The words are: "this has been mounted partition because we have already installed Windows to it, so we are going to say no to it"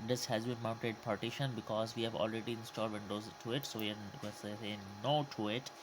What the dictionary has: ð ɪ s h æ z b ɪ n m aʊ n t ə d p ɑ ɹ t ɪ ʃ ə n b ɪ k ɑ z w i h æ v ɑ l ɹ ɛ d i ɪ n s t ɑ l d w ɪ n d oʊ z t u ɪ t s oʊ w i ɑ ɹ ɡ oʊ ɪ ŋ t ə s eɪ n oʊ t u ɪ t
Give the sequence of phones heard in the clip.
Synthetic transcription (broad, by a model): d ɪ s h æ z b ɪ n m aʊ n t ə d p ɑ ɹ t ɪ ʃ ə n b ɪ k ɑ z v i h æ v ɑ l ɹ ɛ d i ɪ n s t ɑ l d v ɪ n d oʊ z t u ɪ t s oʊ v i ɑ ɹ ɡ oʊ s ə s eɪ n oʊ t u ɪ t